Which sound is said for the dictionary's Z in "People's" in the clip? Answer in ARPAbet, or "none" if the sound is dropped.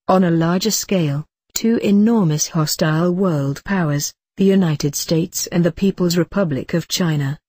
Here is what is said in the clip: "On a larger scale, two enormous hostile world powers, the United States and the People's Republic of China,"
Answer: Z